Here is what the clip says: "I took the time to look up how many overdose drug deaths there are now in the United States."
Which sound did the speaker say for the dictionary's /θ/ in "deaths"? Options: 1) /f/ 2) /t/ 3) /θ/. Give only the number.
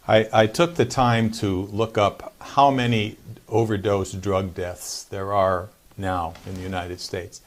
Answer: 3